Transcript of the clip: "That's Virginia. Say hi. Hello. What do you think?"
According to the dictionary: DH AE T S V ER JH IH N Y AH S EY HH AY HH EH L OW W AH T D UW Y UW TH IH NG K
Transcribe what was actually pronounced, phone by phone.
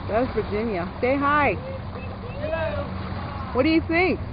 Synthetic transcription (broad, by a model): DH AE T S V ER JH IH N Y AH S EY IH HH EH IH W AH T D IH Y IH TH IH NG K